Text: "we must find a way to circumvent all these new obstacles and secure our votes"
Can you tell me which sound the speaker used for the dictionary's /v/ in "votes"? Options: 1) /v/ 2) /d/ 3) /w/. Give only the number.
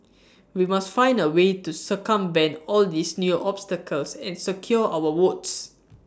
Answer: 3